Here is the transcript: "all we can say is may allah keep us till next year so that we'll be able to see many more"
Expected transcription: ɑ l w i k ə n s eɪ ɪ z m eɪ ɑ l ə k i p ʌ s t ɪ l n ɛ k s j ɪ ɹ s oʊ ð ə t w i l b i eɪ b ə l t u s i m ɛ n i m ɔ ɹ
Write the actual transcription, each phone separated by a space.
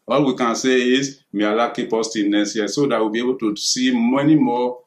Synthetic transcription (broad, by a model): ɑ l w i k ə n s eɪ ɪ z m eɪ ɑ l ə k i p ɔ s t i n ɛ s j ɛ s oʊ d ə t w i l b i eɪ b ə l t u s i m ɛ n i m ɔ